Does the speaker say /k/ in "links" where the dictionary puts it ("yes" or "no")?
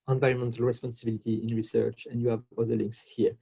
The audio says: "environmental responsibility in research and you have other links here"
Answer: yes